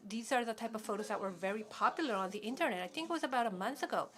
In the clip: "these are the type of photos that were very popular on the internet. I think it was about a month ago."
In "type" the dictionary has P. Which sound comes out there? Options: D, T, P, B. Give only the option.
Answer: P